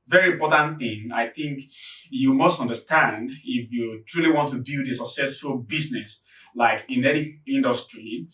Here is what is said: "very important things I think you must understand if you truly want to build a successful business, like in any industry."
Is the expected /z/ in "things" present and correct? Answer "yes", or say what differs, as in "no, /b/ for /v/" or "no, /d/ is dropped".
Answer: no, /z/ is dropped